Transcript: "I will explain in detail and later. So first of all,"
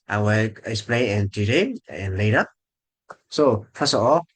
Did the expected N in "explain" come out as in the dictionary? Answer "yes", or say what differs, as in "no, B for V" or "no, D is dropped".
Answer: no, N is dropped